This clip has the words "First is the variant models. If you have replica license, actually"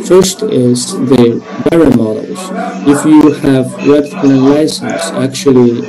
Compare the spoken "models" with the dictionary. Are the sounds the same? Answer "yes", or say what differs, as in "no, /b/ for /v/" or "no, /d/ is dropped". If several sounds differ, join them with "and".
no, /l/ is dropped